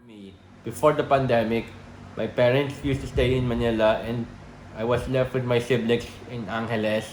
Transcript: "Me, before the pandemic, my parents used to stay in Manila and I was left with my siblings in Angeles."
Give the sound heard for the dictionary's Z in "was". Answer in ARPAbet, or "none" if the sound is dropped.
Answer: S